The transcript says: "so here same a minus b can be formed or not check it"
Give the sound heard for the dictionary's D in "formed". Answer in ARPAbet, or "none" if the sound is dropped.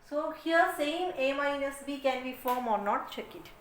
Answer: none